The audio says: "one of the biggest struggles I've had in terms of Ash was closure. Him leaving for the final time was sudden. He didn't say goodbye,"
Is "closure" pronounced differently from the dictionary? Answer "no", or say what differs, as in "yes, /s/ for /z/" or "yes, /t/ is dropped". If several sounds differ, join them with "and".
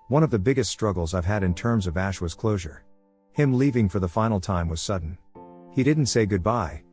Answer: no